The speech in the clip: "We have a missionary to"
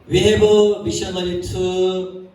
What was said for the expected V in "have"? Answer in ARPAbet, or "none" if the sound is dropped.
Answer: B